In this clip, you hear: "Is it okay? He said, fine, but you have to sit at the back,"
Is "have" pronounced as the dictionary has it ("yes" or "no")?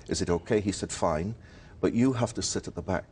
no